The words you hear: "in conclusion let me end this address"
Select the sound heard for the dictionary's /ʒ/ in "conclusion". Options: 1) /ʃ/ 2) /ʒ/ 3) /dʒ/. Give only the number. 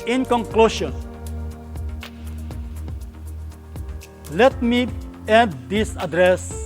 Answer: 1